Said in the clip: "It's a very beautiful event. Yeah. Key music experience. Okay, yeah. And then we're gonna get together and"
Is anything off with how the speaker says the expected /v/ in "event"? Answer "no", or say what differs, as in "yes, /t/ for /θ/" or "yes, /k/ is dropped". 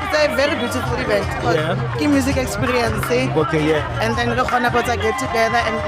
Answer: yes, /b/ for /v/